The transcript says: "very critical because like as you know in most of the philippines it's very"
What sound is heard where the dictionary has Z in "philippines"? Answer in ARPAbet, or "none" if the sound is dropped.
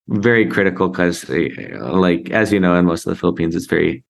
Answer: Z